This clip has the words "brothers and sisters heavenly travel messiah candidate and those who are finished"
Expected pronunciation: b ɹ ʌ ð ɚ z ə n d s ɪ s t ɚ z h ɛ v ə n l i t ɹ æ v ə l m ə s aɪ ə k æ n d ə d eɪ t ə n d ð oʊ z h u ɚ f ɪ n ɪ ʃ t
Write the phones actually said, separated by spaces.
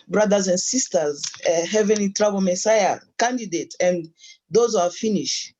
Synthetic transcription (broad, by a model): b ɹ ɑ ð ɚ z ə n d s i s t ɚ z h ɛ v ə n l i t ɹ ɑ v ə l m ə s aɪ ə k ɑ n d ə d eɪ t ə n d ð oʊ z h u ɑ f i n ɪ ʃ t